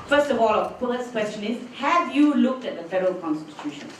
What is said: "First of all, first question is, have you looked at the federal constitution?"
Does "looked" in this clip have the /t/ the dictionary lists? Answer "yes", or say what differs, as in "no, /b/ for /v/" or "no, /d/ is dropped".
yes